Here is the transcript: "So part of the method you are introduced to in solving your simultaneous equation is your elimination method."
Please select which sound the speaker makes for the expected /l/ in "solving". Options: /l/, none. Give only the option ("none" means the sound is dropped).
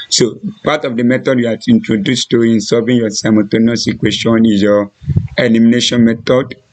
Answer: none